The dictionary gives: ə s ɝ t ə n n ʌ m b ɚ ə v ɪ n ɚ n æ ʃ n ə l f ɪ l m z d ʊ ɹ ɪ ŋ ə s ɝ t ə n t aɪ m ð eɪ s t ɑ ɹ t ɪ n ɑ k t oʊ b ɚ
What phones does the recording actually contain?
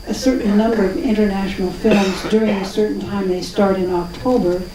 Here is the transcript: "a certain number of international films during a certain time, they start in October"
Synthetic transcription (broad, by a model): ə s ɝ t n n ʌ m b ɚ ə v ɪ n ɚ n æ ʃ n l f ɪ l m z d ʊ ɹ ɪ ŋ ə s ɝ t n t aɪ m ð eɪ s t ɑ ɹ t ɪ n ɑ k t oʊ b ɚ